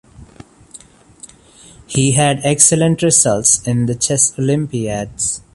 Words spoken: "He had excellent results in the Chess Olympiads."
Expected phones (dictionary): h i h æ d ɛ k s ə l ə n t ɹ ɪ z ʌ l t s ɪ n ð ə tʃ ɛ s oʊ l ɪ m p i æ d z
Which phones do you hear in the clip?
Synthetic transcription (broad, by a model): h i h æ d ɛ k s ə l ə n t ɹ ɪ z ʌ l t s ɪ n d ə tʃ ɛ s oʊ l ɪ m p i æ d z